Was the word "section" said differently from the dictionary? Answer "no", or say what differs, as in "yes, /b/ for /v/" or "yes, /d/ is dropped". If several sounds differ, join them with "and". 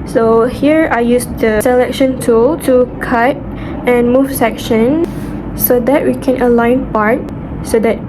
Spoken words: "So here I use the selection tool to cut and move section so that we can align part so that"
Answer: no